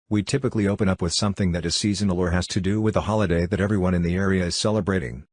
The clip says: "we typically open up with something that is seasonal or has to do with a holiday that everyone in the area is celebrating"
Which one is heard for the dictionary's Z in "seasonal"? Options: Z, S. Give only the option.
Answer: Z